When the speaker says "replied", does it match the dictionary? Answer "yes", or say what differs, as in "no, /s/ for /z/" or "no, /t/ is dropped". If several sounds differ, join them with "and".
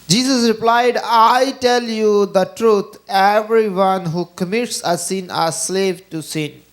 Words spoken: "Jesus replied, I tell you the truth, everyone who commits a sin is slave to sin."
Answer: yes